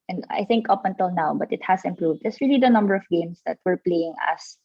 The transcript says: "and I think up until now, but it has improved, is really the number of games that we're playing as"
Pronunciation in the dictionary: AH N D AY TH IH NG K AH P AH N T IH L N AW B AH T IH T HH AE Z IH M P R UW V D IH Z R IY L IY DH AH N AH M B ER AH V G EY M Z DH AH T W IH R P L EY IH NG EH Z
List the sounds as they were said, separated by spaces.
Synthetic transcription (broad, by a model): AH N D AY TH IH NG K AH P AH N T IH L N AW B AH T IH T HH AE S IH M P R UW V D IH S R IY L IY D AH N AH M B ER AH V G EY M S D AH T W IH R P L EY IH NG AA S